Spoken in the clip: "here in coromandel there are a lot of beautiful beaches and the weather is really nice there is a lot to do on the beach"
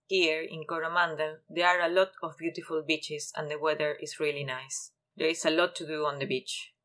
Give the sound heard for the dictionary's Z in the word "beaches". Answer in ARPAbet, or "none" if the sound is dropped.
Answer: S